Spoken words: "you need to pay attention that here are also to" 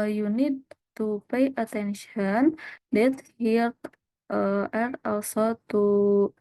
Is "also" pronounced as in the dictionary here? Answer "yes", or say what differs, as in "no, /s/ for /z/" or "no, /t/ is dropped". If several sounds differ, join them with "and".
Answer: no, /w/ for /l/